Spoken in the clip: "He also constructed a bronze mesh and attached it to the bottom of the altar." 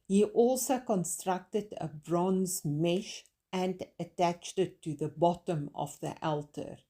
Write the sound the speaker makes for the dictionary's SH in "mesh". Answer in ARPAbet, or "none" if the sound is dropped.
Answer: SH